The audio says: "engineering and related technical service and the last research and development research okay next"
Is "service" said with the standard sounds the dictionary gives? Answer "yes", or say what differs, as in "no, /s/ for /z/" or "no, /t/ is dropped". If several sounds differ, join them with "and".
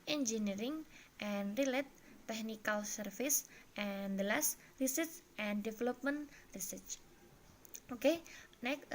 no, /f/ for /v/